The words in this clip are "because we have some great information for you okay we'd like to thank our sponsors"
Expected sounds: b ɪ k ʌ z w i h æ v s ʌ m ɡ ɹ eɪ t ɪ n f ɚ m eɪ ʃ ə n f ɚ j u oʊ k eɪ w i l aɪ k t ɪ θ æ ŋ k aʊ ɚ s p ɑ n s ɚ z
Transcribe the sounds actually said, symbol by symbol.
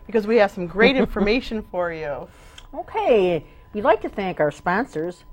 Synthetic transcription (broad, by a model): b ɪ k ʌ z w i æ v s ʌ m ɡ ɹ eɪ t ɪ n f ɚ m eɪ ʃ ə n f ɚ j u oʊ k eɪ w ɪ l aɪ k t ɪ θ æ ŋ k aʊ ɚ s p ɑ n s ɚ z